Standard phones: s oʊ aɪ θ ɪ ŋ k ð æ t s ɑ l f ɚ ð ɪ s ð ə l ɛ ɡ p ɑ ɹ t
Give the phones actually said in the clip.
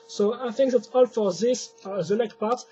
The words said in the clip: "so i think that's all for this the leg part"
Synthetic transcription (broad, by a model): s oʊ aɪ θ ɪ ŋ k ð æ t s ɑ l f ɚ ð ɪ s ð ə n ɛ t p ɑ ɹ t